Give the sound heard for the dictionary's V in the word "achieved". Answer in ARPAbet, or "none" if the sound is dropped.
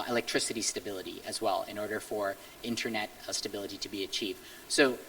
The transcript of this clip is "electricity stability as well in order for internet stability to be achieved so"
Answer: V